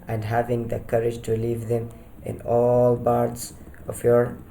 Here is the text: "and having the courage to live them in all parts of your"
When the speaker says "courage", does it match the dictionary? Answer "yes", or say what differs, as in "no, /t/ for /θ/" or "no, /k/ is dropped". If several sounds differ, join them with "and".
yes